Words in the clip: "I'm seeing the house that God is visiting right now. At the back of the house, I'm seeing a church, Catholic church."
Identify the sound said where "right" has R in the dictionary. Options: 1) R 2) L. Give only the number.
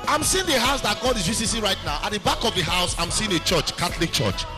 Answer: 1